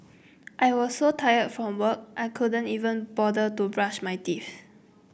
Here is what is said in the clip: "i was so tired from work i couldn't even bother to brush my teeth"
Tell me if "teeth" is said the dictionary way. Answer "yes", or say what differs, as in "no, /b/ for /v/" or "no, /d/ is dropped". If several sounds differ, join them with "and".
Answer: no, /f/ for /θ/